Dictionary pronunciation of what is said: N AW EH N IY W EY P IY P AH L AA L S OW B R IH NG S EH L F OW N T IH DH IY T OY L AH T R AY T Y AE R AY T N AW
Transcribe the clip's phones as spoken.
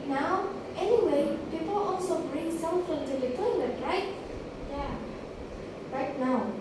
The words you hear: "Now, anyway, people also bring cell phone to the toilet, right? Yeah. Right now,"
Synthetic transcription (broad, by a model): N AW EH N IY W EY P IY P AH L AA L S OW B R IH NG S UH N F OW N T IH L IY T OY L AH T R AY T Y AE R AY T N AW